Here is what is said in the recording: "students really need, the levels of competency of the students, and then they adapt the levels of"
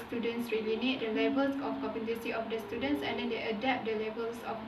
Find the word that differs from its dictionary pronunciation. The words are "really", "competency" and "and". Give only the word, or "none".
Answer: competency